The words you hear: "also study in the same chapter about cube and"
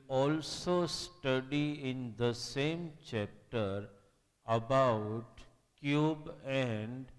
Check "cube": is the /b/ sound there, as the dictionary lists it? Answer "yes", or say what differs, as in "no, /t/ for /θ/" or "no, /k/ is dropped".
yes